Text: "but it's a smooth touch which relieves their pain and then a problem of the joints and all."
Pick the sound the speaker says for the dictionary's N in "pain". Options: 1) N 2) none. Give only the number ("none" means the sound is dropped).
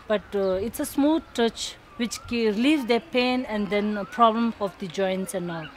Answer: 1